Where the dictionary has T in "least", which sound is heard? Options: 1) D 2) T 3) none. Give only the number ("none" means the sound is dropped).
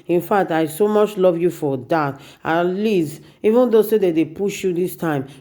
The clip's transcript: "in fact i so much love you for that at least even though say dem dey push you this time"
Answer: 3